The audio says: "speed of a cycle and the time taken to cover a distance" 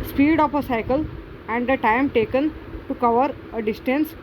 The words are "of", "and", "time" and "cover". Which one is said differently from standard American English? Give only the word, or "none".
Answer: of